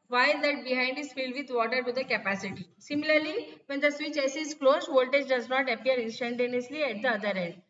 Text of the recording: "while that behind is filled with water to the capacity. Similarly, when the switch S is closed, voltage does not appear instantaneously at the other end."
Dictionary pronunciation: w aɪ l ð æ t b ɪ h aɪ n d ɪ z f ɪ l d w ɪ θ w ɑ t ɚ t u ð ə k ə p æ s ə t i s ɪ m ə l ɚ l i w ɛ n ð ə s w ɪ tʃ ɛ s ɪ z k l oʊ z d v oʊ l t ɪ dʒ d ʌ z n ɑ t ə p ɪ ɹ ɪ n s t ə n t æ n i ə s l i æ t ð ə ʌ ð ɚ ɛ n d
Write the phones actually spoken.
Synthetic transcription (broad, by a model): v aɪ l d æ t b ɪ h aɪ n d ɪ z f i l d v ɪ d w ɑ t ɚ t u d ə k ə p æ s ə t i s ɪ m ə l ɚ l i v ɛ n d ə s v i tʃ ɛ s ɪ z k l oʊ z v oʊ l t ɪ dʒ d ʌ z n ɑ t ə p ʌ ɹ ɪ n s t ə n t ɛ n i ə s l i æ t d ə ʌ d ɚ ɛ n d